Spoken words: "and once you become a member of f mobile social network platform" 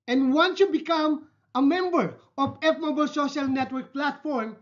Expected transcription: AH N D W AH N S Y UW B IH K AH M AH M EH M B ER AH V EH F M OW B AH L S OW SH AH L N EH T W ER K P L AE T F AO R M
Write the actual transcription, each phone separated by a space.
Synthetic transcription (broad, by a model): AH N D W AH N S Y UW B IH K AH M AH M EH M B ER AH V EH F M OW B AH L S OW SH AH L N EH T W ER K P L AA T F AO R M